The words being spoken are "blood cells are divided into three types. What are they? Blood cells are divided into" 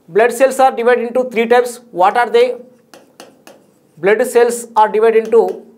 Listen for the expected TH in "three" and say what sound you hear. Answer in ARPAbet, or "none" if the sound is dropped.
T